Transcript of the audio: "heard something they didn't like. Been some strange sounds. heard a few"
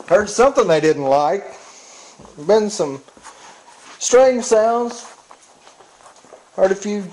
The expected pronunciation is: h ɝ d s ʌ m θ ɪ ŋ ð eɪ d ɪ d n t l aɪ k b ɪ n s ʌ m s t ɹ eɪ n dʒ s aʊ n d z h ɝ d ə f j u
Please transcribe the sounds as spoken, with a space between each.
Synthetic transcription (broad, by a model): h ɝ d s ʌ m θ ɪ ŋ ð eɪ d ɪ d n t l aɪ k b ɪ n s ʌ m s t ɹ eɪ n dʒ s aʊ n d z h ɝ d ə f j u